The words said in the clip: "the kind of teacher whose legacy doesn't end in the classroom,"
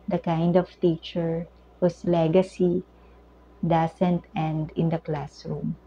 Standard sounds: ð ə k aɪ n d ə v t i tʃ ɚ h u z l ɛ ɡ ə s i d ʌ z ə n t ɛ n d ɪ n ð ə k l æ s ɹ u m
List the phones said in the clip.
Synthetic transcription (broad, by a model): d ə k aɪ n d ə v t i tʃ ɚ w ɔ s l ɛ ɡ ə s i d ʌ s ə n t ɛ n d ɪ n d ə k l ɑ s ɹ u m